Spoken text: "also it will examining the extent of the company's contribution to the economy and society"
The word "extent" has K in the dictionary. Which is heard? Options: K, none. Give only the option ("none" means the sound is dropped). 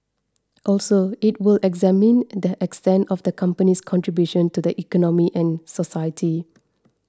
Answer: K